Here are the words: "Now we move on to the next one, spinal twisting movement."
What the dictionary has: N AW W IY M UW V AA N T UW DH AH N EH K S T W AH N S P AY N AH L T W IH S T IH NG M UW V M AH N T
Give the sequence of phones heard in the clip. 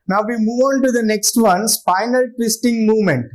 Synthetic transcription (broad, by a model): N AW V IY M UW V AA N T UW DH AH N EH K S T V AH N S F AY N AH L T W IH S T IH NG M UW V M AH N T